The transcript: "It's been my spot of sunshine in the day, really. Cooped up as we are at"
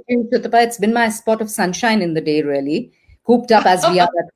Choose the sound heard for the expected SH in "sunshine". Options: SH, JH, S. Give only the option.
SH